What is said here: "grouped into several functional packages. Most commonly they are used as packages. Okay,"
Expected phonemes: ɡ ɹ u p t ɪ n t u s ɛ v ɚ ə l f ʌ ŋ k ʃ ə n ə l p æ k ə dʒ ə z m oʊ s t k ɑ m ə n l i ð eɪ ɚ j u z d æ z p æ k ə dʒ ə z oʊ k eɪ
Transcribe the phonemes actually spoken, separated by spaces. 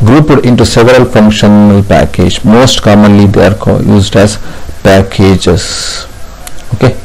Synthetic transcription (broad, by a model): ɡ ɹ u p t ɪ n t u s ɛ v ɚ ə l f ʌ ŋ k ʃ ə n ə l p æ k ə dʒ m oʊ s t k ɑ m ə n l i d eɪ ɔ j u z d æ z p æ k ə dʒ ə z oʊ k eɪ